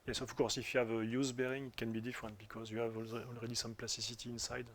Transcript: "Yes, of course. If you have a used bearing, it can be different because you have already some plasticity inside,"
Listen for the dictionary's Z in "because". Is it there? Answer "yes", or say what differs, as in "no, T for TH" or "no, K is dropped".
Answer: yes